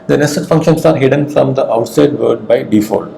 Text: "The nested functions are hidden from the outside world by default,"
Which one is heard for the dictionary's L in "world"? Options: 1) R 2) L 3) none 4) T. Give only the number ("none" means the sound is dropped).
3